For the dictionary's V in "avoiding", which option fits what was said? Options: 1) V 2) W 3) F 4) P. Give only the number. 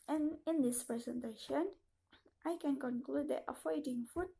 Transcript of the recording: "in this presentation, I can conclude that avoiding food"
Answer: 3